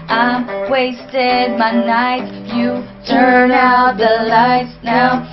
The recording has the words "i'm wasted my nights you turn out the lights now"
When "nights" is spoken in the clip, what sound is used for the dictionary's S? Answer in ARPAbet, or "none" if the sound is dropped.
none